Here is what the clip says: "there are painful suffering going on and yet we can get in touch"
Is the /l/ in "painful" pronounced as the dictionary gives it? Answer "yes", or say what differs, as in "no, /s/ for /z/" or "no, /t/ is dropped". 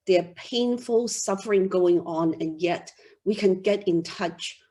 yes